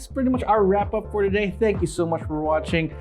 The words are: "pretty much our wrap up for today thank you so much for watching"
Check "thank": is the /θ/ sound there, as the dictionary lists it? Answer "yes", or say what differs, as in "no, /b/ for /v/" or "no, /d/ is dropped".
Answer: yes